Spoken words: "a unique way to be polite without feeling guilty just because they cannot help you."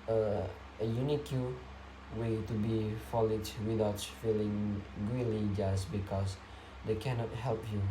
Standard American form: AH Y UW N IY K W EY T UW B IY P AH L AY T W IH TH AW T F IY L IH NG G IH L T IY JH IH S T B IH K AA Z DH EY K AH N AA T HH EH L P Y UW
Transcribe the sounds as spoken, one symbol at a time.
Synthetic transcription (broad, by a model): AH Y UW N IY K W EY T UW B IY F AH L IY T W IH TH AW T F IY L IH NG G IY L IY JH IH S B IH K AA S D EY K AH N AA T HH EH L P Y UW